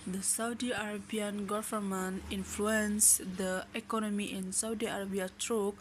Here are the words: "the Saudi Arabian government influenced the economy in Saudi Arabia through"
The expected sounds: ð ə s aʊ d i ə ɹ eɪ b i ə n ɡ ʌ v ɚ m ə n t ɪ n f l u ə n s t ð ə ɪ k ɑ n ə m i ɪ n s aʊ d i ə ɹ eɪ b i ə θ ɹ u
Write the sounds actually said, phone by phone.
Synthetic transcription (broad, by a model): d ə s aʊ d i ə ɹ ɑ b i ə n ɡ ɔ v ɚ m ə n ɪ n f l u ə n s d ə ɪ k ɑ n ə m i ɪ n s aʊ d i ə ɹ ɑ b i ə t ɹ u